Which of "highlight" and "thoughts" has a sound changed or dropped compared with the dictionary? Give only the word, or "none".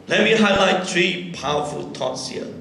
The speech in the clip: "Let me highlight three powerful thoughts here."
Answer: thoughts